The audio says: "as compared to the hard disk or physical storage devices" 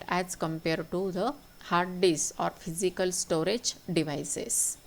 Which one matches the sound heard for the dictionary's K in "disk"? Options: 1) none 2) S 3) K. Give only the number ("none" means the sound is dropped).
1